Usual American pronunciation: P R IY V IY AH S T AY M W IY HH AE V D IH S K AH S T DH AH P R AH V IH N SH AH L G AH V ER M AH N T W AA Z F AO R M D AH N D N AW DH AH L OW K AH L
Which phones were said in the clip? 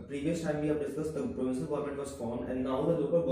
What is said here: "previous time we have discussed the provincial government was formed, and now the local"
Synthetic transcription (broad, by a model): P R IY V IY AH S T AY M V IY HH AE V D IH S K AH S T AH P R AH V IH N S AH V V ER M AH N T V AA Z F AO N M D AH N D N AW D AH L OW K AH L